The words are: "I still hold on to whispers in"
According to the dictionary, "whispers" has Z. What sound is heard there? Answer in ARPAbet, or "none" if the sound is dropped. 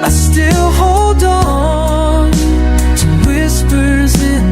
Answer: Z